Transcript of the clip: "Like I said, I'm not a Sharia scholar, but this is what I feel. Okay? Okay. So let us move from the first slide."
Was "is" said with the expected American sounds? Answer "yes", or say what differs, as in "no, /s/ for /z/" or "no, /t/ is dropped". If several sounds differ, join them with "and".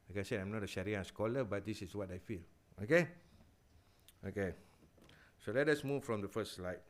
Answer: no, /s/ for /z/